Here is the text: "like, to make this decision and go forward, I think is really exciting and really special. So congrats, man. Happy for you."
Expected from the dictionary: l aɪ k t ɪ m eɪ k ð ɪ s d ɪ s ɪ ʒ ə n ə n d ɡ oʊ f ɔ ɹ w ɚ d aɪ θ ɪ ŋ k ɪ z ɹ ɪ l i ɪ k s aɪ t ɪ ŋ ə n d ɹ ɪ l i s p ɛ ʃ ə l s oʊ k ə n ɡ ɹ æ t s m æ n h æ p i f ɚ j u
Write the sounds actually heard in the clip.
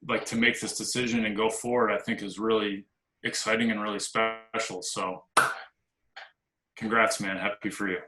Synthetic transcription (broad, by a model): l aɪ k t ɪ m eɪ k ð ɪ s d ɪ s ɪ ʒ ə n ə n ɡ oʊ f ɔ ɹ w ɚ d aɪ θ ɪ ŋ k ɪ z ɹ ɪ l i ɪ k s aɪ t ɪ ŋ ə n ɹ ɪ l i s p ɛ ʃ l s oʊ k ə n ɡ ɹ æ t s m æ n h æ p i f ɚ j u